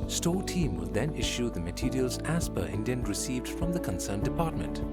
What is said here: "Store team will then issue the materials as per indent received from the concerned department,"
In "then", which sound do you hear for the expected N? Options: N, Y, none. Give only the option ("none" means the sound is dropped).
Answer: N